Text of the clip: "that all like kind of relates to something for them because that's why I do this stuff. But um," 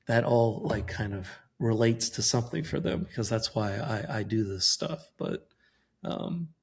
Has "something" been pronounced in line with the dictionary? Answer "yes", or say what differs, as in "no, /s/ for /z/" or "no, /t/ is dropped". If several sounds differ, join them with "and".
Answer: yes